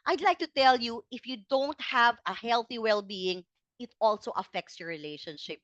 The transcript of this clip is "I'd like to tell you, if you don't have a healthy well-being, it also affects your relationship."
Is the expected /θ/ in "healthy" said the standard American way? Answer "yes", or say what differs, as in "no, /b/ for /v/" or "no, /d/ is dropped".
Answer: yes